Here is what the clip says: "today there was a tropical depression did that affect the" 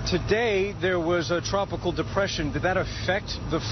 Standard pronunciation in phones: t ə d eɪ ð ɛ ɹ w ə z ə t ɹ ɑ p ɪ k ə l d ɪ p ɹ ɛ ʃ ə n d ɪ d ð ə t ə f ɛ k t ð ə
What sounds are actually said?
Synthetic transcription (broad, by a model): t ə d eɪ ð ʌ ɹ w ə z ə t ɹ ɑ p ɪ k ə l d ɪ p ɹ ɛ ʃ ə n d ɪ d ð ə t ə f ɛ k t ð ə